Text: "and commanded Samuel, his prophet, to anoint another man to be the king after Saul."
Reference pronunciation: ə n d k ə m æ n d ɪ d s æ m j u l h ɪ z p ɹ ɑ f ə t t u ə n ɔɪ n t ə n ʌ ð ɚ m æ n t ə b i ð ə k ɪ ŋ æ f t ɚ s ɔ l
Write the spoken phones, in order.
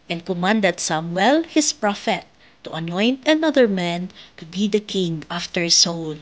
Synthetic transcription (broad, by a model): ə n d k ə m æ n d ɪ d s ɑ m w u l h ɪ s p ɹ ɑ f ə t t u ə n ɔɪ n t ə n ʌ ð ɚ m æ n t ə b i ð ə k ɪ ŋ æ f t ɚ s ɔ l